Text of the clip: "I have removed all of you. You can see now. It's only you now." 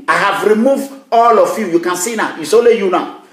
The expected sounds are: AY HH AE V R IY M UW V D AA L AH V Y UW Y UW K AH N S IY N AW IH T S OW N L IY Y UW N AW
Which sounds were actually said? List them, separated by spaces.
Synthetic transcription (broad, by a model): AY HH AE V R IY M UW V D AA L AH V Y UW Y UW K AH N S IY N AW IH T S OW L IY Y UW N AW